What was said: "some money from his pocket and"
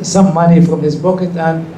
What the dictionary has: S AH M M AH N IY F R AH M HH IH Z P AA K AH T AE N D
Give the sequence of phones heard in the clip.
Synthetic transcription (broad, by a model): S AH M M AH N IY F R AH M HH IH Z B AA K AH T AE N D